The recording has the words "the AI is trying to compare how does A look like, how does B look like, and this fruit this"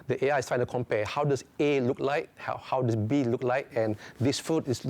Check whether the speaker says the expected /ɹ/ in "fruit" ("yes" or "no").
no